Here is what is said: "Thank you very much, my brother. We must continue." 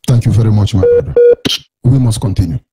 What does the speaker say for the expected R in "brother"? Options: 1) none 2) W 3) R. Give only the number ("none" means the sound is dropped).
1